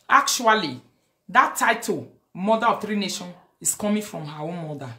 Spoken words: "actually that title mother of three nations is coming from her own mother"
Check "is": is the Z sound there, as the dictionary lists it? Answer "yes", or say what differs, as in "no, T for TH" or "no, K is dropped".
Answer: no, S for Z